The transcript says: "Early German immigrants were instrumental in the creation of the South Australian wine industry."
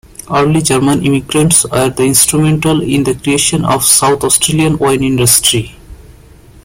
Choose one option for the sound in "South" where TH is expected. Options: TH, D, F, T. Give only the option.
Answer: T